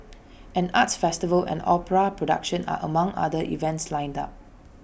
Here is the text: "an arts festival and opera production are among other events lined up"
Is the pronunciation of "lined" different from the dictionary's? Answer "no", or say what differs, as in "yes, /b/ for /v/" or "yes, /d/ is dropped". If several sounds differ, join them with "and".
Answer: no